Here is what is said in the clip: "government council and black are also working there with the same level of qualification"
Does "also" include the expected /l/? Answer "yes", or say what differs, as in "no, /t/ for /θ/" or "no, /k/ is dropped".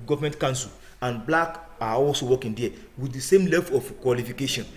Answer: yes